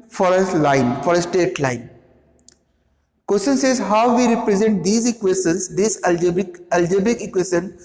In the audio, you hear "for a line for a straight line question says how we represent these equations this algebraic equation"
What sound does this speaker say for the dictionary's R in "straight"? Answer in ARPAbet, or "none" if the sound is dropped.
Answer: none